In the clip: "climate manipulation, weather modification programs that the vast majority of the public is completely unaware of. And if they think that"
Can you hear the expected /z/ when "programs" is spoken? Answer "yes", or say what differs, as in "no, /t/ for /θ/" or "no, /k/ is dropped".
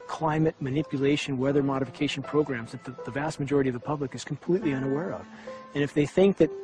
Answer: yes